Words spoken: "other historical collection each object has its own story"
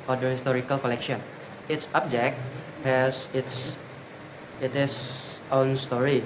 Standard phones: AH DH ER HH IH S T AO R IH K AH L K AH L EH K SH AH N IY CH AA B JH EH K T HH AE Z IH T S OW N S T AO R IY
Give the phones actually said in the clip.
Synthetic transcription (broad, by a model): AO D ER HH IH S T AO R IH K AH L K AH L EH K SH AH N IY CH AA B JH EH K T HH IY S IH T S OW N S T AO R IY